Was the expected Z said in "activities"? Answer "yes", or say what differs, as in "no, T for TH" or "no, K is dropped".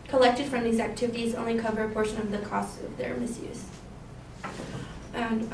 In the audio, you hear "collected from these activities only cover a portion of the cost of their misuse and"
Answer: yes